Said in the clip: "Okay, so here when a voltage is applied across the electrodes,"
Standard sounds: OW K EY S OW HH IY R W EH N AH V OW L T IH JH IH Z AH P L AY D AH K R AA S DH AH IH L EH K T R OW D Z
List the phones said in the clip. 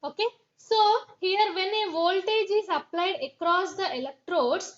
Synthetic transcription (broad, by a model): OW K EY S OW HH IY R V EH N AH V OW L T IH JH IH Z AH P L AY D AH K R AA S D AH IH L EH K T R OW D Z